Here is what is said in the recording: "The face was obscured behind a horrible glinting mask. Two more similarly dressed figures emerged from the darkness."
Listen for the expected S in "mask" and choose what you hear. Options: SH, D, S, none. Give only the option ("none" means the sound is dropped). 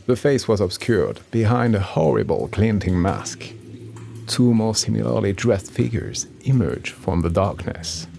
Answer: S